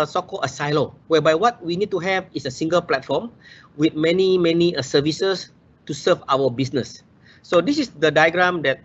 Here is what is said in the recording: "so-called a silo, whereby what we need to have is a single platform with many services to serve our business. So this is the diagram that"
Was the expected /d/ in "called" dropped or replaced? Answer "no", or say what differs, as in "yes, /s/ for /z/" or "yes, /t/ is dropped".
yes, /d/ is dropped